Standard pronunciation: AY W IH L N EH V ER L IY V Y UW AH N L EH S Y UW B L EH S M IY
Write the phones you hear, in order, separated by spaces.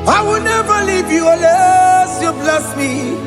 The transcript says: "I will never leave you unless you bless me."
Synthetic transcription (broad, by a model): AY W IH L N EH V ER L IY V Y UW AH L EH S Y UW B L EH S M IY